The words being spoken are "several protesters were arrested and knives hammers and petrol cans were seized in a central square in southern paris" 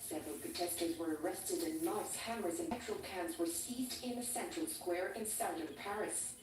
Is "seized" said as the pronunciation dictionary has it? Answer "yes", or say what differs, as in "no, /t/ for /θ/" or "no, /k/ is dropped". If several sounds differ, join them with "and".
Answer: yes